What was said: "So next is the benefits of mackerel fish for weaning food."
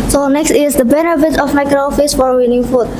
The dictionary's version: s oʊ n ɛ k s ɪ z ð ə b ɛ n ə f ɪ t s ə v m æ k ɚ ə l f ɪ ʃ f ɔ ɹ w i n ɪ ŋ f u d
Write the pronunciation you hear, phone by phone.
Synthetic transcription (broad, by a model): s oʊ n ɛ k s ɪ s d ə b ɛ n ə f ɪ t ə f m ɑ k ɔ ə f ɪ s f ɔ ɹ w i n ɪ ŋ f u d